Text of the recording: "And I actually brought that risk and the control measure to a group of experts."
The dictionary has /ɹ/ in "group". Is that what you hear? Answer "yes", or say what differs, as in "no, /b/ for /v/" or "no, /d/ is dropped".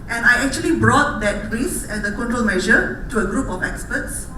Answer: yes